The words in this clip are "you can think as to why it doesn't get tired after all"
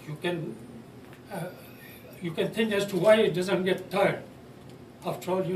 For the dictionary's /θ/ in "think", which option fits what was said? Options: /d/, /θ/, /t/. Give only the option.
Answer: /t/